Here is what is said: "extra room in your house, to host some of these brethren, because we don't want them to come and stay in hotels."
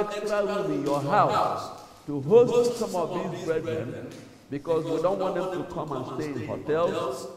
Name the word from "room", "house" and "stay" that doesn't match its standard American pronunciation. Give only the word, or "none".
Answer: room